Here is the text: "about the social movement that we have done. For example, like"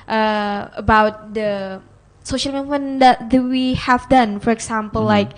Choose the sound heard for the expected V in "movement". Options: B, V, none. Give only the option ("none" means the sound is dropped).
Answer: none